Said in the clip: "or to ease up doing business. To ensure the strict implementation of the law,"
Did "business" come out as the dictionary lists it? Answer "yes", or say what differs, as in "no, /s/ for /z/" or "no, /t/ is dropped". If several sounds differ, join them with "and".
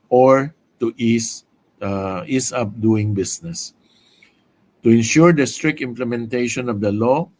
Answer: no, /s/ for /z/